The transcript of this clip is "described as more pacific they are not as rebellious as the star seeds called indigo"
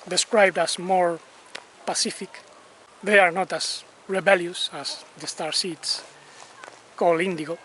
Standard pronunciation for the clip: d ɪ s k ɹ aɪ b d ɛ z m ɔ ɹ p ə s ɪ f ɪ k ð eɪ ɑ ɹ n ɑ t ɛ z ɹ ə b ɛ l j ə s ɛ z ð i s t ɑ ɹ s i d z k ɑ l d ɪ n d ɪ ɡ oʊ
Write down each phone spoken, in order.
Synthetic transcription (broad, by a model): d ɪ s k ɹ aɪ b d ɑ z m ɔ ɹ p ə s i f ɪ k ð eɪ ɑ ɹ n ɑ t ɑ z ɹ ə b ɛ l j ə s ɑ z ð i s t ɑ ɹ s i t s k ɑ l ɪ n d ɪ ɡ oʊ